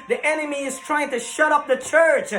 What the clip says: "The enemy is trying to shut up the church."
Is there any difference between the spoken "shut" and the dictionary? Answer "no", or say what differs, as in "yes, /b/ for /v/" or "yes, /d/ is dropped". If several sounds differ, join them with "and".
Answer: no